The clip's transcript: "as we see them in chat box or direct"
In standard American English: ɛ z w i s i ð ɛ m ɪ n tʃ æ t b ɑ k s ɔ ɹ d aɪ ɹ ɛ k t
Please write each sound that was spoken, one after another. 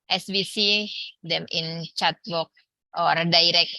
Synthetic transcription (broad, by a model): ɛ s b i s i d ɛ m ɪ n tʃ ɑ t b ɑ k ɔ ɹ d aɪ ɹ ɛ k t